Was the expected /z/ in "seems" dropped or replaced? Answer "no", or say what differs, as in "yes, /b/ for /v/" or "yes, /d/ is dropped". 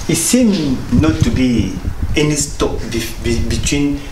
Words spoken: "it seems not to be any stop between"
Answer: yes, /z/ is dropped